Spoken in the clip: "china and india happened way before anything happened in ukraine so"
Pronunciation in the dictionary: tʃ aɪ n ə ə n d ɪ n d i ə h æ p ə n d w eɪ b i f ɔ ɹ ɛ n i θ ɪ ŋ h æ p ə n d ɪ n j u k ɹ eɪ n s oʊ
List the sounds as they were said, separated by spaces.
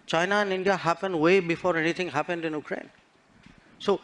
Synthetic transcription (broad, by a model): tʃ aɪ n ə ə n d ɪ n d i ə h æ p ə n d w eɪ b i f ɔ ɹ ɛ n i t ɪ ŋ h æ p ə n d ɪ n j u k ɹ eɪ n s oʊ